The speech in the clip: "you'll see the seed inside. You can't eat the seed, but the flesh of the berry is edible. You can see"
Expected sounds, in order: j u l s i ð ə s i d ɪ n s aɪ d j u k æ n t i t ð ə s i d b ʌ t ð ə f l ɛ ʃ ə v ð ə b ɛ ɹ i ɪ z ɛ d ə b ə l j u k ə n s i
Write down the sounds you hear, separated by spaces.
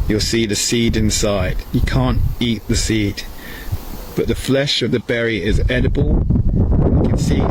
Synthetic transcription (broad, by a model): j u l s i ð ə s i d ɪ n s aɪ d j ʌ k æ n t i t ð ə s i d b ʌ t ð ə f l ɛ ʃ ə v ð ə b ɛ ɹ i ɪ z ɛ d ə b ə l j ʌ k ə n s i